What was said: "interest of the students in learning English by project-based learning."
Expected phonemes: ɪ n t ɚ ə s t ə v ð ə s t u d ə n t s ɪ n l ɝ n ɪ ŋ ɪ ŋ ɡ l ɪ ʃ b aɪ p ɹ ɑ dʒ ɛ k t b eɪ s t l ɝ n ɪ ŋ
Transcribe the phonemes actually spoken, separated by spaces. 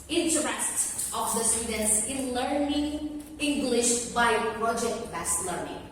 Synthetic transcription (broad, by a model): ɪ n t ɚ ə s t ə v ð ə s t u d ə n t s ɪ n l ɝ n ɪ ŋ ɪ ŋ ɡ l ɪ ʃ b aɪ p ɹ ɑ dʒ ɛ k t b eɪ s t l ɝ n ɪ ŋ